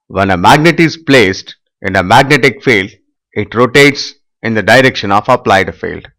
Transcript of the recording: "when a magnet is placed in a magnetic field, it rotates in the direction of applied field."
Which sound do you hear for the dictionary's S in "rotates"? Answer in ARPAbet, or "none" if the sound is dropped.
S